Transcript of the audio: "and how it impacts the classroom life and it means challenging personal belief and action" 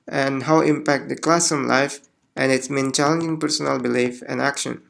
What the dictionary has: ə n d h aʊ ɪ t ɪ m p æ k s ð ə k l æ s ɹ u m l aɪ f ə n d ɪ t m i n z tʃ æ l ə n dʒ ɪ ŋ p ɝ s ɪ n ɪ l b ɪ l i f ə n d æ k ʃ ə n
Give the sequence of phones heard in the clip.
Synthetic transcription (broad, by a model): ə n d h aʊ ɪ t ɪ m p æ k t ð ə k l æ s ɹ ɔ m l aɪ f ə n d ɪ t m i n tʃ æ l ə n dʒ ɪ ŋ p ɝ s ɪ n ɪ l b ɪ l i f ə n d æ k ʃ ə n